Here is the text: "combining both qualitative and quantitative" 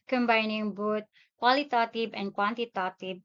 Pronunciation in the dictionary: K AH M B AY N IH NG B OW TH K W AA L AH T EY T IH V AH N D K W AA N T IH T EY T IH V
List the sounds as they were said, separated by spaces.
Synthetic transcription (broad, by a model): K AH M B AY N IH NG B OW T K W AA L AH T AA T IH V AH N K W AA N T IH T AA T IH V